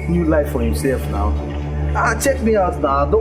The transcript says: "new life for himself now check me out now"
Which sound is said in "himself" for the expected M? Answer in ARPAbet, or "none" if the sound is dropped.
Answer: none